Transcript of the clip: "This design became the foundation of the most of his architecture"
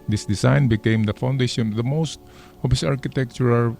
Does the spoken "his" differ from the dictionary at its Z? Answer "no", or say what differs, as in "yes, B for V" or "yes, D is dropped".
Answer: yes, S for Z